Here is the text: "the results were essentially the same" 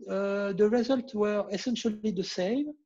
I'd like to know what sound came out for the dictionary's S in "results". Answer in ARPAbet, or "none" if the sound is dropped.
none